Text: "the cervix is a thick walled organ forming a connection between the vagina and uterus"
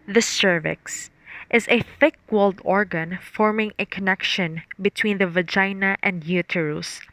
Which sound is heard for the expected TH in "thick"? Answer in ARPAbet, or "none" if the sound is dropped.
TH